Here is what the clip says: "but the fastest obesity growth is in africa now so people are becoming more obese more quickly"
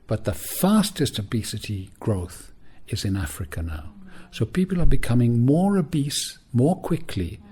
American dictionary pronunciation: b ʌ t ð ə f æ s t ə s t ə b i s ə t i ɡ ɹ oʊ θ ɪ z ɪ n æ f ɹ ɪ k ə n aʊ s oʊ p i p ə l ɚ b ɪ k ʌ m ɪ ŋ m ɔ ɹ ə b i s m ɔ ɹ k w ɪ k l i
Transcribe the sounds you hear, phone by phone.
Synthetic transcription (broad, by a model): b ʌ t ð ə f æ s t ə s t ə b i s ə t i ɡ ɹ oʊ θ ɪ z ɪ n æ f ɹ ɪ k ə n aʊ s oʊ p i p ə l ɚ b ɪ k ʌ m ɪ ŋ m ɔ ɹ ə b i s m ɔ ɹ k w ɪ k l i